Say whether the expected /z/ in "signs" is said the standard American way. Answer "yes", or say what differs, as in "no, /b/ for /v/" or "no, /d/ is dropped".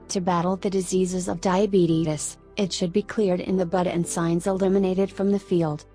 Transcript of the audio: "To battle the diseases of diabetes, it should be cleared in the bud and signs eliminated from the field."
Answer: yes